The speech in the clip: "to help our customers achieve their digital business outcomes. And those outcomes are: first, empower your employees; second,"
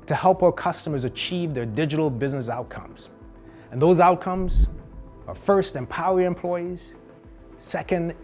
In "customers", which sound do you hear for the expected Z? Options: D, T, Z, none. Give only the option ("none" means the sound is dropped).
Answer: Z